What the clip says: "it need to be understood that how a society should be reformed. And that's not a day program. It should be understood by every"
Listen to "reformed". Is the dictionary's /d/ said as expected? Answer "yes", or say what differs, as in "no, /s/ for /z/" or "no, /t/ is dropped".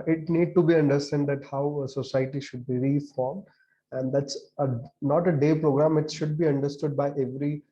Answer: yes